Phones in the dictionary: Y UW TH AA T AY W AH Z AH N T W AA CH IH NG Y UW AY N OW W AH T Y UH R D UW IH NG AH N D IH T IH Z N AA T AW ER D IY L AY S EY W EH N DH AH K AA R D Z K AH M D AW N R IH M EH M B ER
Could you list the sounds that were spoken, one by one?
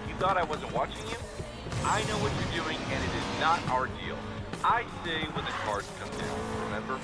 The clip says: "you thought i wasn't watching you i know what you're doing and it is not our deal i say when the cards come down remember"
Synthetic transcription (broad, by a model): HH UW TH AA T AY W AH Z AH N T W AA CH IH NG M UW AY N OW W AH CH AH R D UW IH NG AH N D IH T IH Z N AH T AW ER D IY L AY S EY W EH N DH AH K AA R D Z K AH M D AW N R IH M EH M B ER